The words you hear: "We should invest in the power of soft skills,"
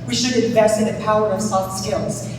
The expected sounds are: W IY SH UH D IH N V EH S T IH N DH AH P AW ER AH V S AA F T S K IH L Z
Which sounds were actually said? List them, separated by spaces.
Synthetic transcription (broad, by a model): W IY SH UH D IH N V EH S T IH N DH AH P AW ER AH V S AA T S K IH L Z